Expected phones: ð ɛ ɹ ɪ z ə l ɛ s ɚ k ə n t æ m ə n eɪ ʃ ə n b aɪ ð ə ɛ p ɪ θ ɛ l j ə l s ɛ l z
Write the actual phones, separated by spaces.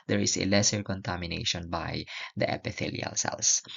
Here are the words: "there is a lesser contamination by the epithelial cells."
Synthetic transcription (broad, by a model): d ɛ ɹ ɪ s ə l ɛ s ɚ k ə n t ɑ m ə n eɪ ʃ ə n b aɪ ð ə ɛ p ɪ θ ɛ l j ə l s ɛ l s